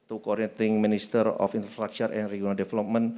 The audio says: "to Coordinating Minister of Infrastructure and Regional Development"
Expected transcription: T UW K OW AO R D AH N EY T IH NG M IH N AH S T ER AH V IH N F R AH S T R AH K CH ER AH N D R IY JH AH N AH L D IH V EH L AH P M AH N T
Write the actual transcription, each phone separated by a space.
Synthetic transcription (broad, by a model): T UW K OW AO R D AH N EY T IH NG M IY N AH S T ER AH F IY N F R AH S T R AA K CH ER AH N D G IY AH N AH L D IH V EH L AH P M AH N